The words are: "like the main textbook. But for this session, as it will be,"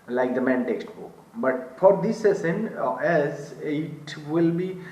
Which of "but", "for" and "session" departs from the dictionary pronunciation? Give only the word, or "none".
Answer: session